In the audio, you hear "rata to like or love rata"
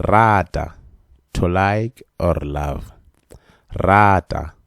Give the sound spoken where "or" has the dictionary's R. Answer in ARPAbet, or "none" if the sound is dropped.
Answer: R